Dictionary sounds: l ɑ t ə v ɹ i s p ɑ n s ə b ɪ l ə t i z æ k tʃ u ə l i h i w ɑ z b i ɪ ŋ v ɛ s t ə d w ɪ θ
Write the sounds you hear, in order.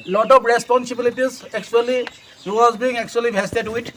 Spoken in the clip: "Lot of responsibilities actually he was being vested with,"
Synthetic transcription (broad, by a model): l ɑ t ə p ɹ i s p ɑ n s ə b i l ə t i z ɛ k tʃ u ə l i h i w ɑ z b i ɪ ŋ b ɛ s t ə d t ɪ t